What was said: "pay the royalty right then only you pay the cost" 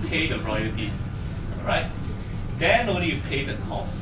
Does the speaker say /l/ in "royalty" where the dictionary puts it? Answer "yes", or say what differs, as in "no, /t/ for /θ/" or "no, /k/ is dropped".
no, /l/ is dropped